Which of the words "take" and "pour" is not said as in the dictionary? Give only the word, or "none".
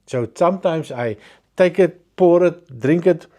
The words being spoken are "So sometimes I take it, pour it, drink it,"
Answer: none